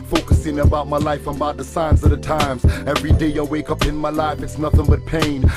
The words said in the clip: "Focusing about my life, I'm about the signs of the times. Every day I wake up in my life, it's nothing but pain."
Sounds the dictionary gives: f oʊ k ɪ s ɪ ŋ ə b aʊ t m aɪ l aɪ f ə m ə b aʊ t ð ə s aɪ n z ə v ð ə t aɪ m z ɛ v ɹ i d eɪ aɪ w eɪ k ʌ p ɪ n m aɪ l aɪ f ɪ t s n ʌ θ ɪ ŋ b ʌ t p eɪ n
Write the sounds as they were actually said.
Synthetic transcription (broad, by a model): f oʊ k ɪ s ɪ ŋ ə b aʊ t m aɪ l aɪ f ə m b aʊ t ð ə s aɪ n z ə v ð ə t aɪ m z ɛ v ɹ i d eɪ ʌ w eɪ k ʌ p ɪ n m aɪ l aɪ f ɪ t s n ʌ θ ɪ ŋ b ʌ t p eɪ n